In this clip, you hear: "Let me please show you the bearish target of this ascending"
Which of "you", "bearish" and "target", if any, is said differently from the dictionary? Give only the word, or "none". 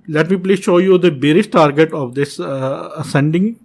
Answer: bearish